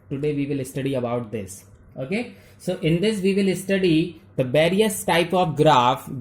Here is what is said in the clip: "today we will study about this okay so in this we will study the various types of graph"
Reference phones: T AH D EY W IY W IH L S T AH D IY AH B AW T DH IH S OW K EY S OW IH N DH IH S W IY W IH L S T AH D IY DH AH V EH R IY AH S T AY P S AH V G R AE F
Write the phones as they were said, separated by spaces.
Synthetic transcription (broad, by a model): T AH D EY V IY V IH L S T AH D IY AH B AW T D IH S OW K EY S OW IH N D IH S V IY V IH L S T AH D IY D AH V EH R IY AH S T AY P AH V G R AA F